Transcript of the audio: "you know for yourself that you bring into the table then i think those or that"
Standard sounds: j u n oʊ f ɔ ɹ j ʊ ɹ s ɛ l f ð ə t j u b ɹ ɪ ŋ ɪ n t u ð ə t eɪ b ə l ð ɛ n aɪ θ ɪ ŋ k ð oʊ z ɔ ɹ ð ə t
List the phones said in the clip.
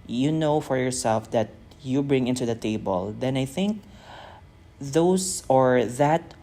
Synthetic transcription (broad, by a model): j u n oʊ f ɔ ɹ j ʊ ɹ s ɛ l f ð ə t j u b ɹ ɪ ŋ ɪ n t u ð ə t eɪ b ə l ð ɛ n aɪ θ ɪ ŋ k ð oʊ s ɔ ɹ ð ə t